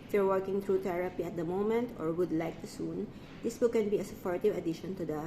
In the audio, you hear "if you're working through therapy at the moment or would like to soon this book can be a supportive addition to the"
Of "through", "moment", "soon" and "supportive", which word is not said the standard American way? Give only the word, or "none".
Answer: through